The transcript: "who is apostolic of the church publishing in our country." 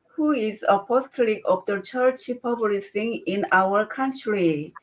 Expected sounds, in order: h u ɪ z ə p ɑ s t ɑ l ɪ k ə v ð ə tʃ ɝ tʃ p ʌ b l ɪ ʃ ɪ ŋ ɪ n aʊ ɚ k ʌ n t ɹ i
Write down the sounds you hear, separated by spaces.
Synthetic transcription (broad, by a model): h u ɪ z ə p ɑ s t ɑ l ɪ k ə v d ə tʃ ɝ tʃ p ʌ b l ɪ s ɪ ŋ ɪ n aʊ ɚ k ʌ n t ɹ i